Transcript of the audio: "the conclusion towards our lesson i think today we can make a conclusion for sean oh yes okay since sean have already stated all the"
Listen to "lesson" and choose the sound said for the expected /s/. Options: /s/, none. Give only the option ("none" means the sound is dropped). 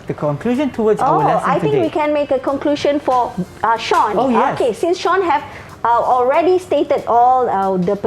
none